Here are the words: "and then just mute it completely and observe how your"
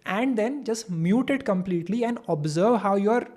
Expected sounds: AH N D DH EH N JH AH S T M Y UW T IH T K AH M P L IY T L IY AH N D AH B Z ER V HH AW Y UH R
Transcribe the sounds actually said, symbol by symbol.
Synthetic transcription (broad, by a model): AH N D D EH N JH AH S T M Y UW T IH T K AH M P L IY T L IY AH N D AH B Z ER V HH AW Y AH R